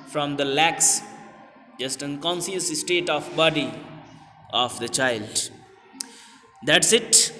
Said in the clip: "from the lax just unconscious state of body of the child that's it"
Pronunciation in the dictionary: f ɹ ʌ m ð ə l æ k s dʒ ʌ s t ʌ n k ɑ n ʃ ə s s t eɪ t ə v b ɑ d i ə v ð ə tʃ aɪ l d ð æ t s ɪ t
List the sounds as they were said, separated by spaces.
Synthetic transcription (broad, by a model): f ɹ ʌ m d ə l æ k s dʒ ʌ s t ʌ n k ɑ n s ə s s t eɪ t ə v b ɑ d i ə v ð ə tʃ aɪ l d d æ t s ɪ t